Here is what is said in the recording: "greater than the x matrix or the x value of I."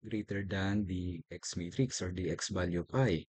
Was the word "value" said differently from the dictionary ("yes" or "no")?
yes